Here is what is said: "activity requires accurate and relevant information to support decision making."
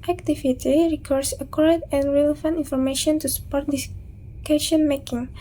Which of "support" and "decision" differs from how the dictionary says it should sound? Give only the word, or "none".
decision